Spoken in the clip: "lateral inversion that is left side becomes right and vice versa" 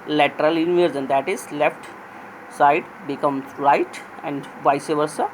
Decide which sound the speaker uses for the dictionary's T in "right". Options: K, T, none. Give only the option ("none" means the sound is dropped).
T